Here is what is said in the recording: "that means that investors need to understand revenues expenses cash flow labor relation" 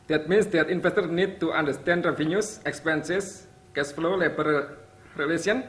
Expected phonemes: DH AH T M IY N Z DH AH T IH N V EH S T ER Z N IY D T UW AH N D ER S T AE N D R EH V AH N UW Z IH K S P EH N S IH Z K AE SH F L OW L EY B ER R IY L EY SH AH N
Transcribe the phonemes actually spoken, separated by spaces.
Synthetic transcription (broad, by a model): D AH T M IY N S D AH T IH N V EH S T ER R N IY D T UW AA N D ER S T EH N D R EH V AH N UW S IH K S P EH N S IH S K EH S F L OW L EY B ER R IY L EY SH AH N